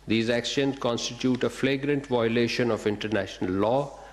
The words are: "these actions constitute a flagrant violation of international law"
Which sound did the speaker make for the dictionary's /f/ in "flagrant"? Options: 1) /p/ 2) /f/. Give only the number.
2